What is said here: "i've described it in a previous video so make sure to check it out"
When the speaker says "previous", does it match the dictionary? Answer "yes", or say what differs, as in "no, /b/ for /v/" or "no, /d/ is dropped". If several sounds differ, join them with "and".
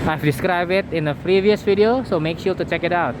yes